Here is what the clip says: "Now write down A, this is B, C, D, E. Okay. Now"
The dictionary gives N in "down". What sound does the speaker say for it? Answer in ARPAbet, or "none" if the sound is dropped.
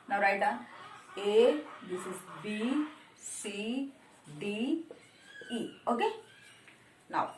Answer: none